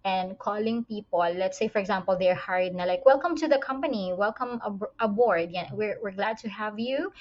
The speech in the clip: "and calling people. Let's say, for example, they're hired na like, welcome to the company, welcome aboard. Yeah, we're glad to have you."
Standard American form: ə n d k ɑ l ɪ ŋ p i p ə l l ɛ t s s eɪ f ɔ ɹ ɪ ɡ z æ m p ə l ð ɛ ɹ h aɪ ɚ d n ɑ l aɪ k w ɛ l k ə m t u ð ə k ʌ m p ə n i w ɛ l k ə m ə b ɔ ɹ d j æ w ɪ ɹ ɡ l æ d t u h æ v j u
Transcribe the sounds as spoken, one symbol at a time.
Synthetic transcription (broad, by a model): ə n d k ɑ l ɪ ŋ p i p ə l l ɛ t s s eɪ f ɔ ɹ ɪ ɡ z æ m p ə l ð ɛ ɹ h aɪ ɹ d n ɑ l aɪ k w ɛ l k ə m t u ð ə k ʌ m p ə n i w ɛ l k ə m ə b ɔ ɹ d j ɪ w ɪ ɹ ɡ l æ d t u h æ v j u